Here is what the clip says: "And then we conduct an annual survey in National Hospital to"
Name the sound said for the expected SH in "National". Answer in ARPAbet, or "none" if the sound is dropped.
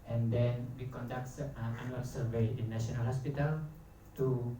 none